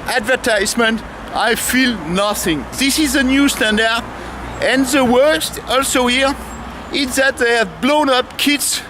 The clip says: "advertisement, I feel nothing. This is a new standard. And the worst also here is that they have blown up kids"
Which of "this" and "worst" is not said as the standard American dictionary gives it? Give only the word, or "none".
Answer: none